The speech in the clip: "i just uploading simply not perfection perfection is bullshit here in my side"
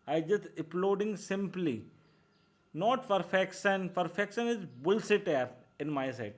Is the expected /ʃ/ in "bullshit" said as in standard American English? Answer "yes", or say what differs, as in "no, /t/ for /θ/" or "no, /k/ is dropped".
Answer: no, /s/ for /ʃ/